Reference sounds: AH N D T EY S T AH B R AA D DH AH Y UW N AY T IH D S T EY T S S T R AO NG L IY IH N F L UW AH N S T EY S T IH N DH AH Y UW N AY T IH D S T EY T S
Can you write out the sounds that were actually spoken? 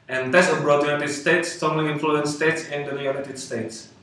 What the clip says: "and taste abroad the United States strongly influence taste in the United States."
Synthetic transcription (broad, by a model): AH N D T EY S AH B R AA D Y UW N AY T IH D S T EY T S S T AO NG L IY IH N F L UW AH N S T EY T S IH N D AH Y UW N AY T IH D S T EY T S